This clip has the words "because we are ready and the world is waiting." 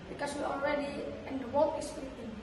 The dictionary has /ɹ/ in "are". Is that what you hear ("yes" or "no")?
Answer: no